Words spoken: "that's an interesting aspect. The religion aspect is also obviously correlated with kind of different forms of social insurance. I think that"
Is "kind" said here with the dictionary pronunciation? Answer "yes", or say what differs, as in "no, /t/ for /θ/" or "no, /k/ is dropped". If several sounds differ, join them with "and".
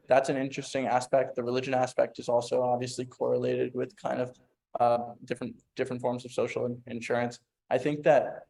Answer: yes